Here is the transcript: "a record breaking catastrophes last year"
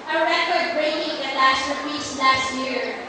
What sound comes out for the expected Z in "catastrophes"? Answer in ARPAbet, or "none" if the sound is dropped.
S